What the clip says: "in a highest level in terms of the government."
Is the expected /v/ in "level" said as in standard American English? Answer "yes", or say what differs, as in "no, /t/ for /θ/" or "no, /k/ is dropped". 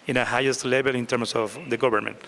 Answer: no, /b/ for /v/